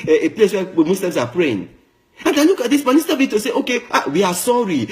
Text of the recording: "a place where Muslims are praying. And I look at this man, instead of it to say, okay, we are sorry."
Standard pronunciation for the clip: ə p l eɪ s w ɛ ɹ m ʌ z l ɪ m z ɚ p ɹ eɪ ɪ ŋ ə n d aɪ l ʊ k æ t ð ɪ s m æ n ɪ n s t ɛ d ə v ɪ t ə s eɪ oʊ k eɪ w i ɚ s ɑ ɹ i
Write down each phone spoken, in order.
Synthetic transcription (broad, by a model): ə p l eɪ s w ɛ m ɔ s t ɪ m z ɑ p ɹ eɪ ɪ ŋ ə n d aɪ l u k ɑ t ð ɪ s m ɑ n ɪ s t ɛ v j ɪ t ə s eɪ oʊ k eɪ w i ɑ s ɑ ɹ i